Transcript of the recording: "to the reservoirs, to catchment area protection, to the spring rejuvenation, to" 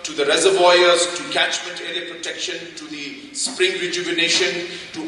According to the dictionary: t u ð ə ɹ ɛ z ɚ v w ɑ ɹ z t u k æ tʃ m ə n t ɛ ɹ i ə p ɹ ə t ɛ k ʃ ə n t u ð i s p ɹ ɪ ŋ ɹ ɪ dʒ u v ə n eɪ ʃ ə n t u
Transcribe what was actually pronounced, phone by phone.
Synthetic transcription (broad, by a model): t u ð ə ɹ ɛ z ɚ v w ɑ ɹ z t u k æ tʃ m ə n t ɛ ɹ i ə p ɹ ə t ɛ k ʃ ə n t u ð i s p ɹ ɪ ŋ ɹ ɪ dʒ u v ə n eɪ ʃ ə n t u